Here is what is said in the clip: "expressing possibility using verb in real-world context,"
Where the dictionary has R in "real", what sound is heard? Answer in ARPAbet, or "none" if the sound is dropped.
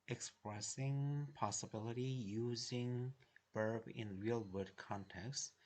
R